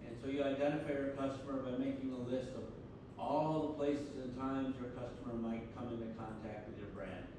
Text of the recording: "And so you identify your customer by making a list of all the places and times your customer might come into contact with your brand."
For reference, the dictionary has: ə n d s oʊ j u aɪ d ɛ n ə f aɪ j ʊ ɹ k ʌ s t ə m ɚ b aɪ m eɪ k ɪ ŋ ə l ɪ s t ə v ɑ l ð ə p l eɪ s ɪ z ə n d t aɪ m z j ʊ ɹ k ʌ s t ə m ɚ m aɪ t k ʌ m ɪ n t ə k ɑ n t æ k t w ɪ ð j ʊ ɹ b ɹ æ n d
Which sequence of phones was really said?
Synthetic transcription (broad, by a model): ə n s oʊ j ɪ aɪ d ɛ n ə f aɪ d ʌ ɹ k ʌ s t ə m ɚ b aɪ m eɪ k ɪ ŋ ə l ɪ s t ə v ɑ l ð ə p l eɪ s ɪ z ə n t aɪ m z j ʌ ɹ k ʌ s t ə m ɚ m aɪ t k ʌ m ɪ n t ə k ɑ n t æ k t w ɪ ð j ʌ ɹ b ɹ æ n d